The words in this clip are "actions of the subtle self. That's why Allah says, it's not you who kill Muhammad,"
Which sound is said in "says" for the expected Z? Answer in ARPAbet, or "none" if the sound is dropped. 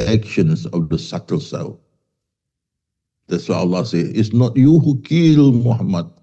none